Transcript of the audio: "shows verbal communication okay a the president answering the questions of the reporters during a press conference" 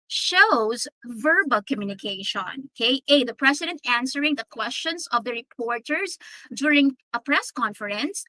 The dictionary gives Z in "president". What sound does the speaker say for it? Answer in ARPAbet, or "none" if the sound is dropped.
S